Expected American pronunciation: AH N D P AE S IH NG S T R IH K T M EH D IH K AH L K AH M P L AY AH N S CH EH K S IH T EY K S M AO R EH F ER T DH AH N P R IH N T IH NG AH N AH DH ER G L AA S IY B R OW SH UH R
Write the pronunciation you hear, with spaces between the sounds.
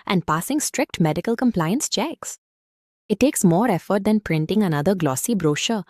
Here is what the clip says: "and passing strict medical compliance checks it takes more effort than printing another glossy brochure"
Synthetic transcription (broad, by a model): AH N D P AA S IH NG S T R IH K T M EH D IH K AH L K AH M P L AY AH N S CH EH K S IH T EY K S M AO R EH F ER T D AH N P R IH N T IH NG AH N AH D ER G L AA S IY B R OW SH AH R